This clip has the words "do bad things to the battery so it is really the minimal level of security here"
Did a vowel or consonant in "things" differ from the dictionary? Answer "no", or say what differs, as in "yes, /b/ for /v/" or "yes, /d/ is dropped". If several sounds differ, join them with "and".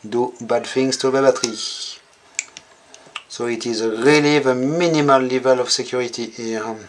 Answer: yes, /f/ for /θ/